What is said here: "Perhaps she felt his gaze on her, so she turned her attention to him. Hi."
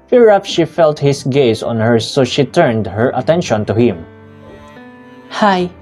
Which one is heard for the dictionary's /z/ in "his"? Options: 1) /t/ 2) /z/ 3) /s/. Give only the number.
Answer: 3